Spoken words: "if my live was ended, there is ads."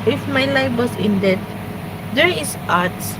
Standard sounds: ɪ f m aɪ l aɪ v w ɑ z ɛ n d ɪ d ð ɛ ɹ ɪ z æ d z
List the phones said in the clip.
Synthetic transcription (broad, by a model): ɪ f m aɪ l aɪ f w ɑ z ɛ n d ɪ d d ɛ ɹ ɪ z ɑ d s